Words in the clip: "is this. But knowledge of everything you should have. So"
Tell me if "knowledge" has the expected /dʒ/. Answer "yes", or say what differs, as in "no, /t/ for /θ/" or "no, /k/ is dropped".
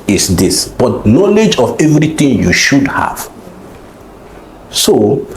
yes